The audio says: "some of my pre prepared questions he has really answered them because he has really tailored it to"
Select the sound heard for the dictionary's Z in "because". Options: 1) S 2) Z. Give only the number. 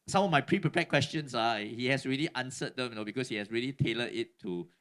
1